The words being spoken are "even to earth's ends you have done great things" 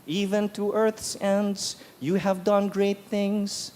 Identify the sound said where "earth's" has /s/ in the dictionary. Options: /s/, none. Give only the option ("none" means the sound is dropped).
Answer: /s/